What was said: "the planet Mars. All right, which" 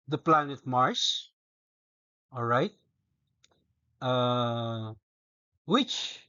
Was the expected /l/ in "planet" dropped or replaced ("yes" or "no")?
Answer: no